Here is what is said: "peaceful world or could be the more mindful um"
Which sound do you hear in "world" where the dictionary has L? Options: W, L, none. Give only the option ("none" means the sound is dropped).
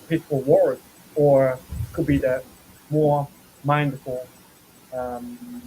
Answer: none